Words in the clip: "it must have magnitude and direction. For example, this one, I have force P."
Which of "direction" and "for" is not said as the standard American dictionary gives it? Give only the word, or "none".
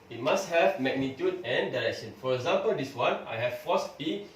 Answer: none